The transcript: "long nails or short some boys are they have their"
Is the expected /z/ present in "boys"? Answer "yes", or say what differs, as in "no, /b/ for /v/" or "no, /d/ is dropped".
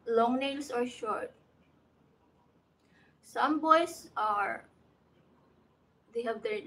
no, /s/ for /z/